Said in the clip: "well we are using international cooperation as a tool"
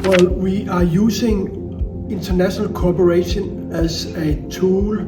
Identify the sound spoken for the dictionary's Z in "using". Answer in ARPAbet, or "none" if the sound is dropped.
S